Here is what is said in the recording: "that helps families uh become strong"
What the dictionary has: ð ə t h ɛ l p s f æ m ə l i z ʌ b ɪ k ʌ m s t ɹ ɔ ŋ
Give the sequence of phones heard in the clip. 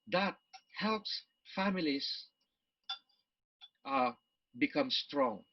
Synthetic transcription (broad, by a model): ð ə t h ɛ l p s f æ m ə l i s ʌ b ɪ k ʌ m s t ɹ ɔ ŋ